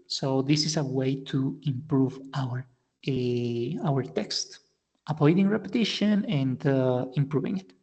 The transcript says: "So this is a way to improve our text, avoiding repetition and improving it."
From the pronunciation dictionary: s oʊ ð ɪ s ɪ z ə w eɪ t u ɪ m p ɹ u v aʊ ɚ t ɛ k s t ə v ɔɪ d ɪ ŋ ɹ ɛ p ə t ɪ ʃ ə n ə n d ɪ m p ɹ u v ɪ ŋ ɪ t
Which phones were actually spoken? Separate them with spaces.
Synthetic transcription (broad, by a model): s oʊ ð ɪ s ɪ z ə w eɪ t u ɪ m p ɹ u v aʊ ɚ t ɛ k s t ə p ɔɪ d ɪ ŋ ɹ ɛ p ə t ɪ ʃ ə n ə n d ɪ m p ɹ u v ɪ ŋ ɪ t